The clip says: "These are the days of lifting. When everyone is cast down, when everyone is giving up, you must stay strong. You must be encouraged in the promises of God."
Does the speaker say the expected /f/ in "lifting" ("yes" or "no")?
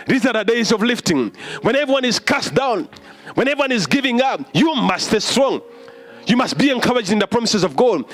yes